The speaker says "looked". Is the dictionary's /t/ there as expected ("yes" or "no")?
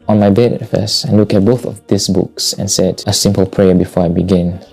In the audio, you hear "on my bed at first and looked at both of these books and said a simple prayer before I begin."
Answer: no